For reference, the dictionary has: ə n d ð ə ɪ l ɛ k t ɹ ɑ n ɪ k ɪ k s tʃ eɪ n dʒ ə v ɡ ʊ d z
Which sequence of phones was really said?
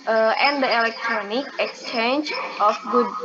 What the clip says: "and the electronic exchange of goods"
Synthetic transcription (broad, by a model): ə n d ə ɪ l ɛ k t ɹ ɑ n ɪ k ɪ k s tʃ eɪ n dʒ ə f ɡ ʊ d